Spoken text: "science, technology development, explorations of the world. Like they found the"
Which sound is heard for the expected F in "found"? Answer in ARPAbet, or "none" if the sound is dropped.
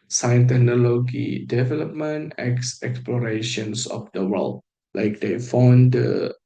F